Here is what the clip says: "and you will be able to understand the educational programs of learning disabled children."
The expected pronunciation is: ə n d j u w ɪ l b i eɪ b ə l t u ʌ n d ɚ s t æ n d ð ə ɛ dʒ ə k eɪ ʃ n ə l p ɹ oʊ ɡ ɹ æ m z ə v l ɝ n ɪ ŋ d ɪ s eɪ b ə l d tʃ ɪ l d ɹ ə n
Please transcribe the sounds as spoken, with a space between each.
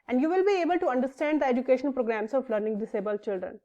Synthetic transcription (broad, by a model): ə n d j u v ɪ l b i eɪ b ə l t u ʌ n d ɚ s t æ n d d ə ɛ dʒ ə k eɪ ʃ ə n p ɹ oʊ ɡ ɹ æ m s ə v l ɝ n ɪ ŋ d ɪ s eɪ b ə l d tʃ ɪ l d ɹ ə n